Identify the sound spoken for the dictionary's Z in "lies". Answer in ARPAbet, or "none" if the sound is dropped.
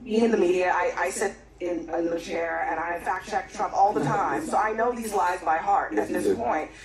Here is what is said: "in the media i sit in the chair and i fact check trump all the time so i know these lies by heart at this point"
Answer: Z